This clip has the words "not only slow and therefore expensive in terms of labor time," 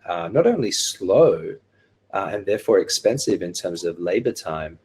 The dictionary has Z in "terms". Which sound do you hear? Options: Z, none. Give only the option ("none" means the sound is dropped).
Z